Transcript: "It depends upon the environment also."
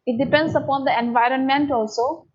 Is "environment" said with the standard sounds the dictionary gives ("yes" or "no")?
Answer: yes